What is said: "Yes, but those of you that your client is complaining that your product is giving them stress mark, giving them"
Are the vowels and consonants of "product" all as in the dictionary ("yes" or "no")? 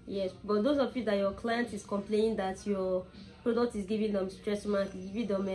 yes